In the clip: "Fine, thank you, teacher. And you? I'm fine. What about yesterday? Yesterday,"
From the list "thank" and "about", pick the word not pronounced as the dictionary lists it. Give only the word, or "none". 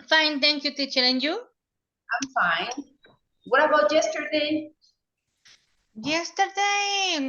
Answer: thank